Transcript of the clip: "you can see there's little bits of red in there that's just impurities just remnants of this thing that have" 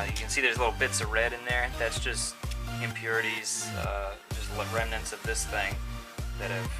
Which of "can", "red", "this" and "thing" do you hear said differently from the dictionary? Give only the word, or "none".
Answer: none